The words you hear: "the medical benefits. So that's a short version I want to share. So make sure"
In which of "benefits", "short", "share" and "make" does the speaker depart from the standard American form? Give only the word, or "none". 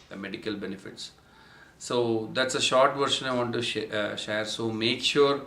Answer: none